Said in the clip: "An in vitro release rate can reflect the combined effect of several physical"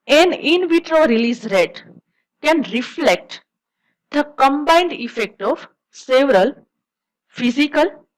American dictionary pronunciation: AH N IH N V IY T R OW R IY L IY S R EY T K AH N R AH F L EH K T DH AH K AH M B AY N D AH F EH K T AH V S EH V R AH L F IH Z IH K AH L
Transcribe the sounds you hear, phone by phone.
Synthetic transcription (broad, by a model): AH N IH N V IY T R OW R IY L IY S R EY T K AH N R AH F L EH K T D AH K AH M B AY N D AH F EH K T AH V S EH V R AH L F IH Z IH K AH L